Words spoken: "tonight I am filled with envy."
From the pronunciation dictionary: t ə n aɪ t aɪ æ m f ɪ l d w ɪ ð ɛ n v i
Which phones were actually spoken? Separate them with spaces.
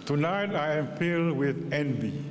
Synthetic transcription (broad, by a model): t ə n aɪ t aɪ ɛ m p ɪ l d w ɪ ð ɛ n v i